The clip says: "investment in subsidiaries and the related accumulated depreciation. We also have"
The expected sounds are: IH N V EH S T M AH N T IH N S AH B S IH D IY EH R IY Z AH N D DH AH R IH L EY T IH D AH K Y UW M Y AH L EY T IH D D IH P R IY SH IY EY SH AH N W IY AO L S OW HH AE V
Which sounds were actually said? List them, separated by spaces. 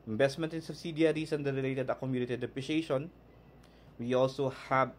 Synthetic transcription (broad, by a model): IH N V EH S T M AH N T IH N S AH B S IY D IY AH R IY S AH N D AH R IH L EY T IH D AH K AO M Y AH N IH T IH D D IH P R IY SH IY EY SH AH N W IY AO L S OW HH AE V